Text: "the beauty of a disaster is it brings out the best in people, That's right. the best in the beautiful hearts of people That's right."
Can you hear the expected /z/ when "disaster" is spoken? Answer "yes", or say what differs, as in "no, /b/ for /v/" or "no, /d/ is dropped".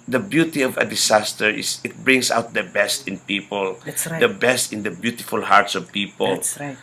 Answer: no, /s/ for /z/